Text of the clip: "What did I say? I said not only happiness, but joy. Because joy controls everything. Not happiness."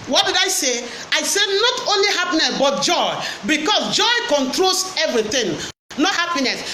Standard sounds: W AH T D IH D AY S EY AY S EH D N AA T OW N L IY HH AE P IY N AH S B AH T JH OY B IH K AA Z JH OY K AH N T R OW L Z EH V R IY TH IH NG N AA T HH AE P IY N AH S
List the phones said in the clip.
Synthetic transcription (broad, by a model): W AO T D IH D AY S EY AY S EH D N AA T OW N L IY HH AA P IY N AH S B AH T JH OY B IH K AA S JH OY K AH N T R OW L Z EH V R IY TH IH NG N AA T HH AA P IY N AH S